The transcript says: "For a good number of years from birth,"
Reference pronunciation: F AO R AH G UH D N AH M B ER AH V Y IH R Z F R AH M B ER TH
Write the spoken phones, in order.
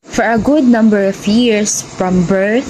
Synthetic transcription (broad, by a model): F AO R AH G UH D N AH M B ER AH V Y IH R S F R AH M B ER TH